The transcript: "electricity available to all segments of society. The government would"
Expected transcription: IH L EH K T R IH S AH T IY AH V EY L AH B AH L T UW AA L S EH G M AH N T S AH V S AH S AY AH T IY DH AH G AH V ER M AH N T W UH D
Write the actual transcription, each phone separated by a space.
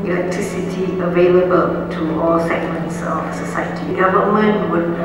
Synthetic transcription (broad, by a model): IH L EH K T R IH S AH T IY AH V EY L AH B AH L T UW AA L S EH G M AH N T S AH F S AH S AY AH T IY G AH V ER M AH N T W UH